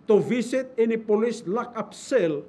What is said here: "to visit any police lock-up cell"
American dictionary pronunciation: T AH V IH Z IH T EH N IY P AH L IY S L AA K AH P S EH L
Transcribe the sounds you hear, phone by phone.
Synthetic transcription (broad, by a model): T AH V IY S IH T EH N IY P AH L IY S L AA K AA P S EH L